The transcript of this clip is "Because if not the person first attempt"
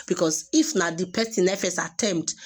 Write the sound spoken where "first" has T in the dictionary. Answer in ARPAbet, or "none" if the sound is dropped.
none